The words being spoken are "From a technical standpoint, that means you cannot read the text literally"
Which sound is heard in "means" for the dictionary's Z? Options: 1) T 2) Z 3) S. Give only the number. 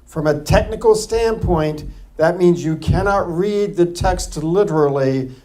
2